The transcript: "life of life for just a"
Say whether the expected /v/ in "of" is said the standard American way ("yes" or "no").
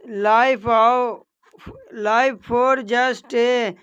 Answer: no